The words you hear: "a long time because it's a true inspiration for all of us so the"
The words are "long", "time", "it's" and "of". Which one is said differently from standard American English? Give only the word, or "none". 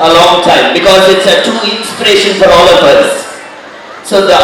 of